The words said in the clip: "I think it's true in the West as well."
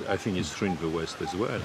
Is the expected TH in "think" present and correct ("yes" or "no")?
yes